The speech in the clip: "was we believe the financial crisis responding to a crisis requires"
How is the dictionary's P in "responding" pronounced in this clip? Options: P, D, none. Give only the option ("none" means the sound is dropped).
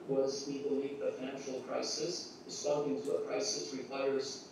none